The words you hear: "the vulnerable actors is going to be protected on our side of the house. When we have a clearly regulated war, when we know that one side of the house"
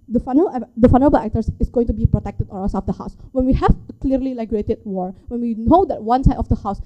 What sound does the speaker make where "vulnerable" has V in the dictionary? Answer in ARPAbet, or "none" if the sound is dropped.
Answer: F